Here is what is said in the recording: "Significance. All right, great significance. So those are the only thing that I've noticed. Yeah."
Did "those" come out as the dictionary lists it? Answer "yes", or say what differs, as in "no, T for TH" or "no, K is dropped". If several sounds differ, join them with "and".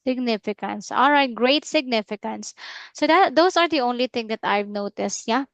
no, S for Z